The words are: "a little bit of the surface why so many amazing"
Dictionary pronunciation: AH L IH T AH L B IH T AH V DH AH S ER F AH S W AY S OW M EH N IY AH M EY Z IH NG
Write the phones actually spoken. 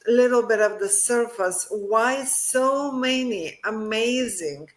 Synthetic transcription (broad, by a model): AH L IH T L B IH T AH V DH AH S ER F AH S W AY S OW M EH N IY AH M EY Z IH NG